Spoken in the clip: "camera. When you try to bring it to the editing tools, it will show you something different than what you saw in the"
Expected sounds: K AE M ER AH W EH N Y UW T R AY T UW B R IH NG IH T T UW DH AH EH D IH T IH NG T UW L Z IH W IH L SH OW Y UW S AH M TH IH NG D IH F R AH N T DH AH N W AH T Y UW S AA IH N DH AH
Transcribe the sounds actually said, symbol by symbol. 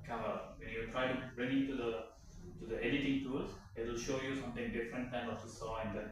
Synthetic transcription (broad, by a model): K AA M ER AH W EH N Y UW T R AY T UW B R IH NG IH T T UW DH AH EH D IH T IH NG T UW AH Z IH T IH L SH OW Y UW S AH M T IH NG D IH F R AH N T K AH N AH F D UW S AA IH N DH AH